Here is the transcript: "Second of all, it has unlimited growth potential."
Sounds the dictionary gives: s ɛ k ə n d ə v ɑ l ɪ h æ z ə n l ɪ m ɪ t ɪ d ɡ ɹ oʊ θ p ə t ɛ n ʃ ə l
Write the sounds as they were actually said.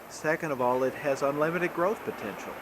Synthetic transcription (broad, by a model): s ɛ k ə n d ə v ɑ l ɪ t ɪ z n l ɪ m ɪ t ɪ d ɡ ɹ oʊ θ p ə t ɛ n ʃ l